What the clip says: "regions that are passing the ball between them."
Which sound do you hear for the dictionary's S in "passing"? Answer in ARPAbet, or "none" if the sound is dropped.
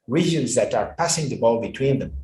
S